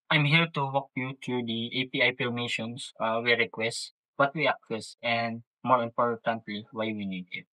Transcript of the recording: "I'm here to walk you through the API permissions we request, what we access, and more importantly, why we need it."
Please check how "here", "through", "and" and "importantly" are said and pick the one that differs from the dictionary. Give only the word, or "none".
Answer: through